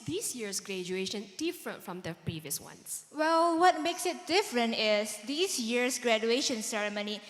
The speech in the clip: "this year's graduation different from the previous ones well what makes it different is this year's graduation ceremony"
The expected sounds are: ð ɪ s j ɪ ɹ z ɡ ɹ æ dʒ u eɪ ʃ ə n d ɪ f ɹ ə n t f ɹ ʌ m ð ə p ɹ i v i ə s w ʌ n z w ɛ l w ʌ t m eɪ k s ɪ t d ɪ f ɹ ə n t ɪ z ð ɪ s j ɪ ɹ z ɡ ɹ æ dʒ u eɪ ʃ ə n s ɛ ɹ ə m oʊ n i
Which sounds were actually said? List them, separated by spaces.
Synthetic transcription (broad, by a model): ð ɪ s j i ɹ s ɡ ɹ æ dʒ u eɪ ʃ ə n d ɪ f ɹ ə n t f ɹ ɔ m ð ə p ɹ i v i ə s w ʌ n s w ɛ l w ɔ t m eɪ k s ɪ t d ɪ f ɹ ə n t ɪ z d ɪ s j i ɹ s ɡ ɹ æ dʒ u eɪ ʃ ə n s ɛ ɹ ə m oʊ n i